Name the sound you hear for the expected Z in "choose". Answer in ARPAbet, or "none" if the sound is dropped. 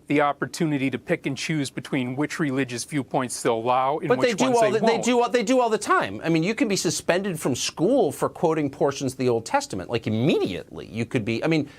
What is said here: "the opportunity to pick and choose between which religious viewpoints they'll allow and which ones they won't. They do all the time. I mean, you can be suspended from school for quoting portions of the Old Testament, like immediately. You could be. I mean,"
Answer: Z